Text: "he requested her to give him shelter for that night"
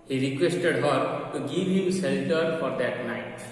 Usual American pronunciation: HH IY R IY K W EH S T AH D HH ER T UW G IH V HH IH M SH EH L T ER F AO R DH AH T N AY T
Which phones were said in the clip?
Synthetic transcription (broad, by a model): HH IY R IY K W EH S T AH D HH ER T UW G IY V HH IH M S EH L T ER F AO R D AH T N AY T